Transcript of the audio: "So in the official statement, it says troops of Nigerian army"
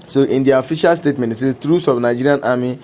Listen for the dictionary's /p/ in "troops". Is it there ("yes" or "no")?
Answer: no